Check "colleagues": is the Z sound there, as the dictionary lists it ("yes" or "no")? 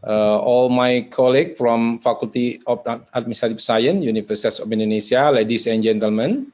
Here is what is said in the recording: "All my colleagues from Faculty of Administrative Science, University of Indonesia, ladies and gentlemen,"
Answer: no